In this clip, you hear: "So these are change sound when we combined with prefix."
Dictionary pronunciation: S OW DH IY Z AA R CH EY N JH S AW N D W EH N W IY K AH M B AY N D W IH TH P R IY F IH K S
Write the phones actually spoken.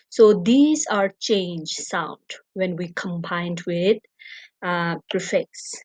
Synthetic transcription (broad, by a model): S OW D IY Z AA R CH EY N JH S AW N D W EH N W IY K AH M B AY N D W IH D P R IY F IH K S